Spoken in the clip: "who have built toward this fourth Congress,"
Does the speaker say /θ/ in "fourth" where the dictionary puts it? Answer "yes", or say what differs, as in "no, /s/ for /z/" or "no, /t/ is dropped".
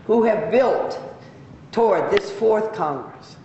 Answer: yes